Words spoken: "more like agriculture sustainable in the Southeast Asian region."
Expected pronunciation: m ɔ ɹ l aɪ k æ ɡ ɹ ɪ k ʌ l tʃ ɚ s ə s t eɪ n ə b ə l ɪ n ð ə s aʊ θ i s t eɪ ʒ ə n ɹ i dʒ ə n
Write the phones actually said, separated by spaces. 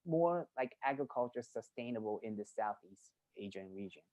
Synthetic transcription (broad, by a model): m ɔ ɹ l aɪ k æ ɡ ɹ ɪ k ʌ l tʃ ɚ s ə s t eɪ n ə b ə l ɪ n ð ə s aʊ θ i s t eɪ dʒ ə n ɹ i dʒ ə n